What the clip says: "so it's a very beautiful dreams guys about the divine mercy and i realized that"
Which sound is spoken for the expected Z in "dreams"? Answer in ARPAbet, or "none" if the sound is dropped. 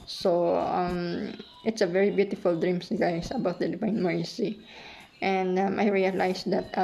S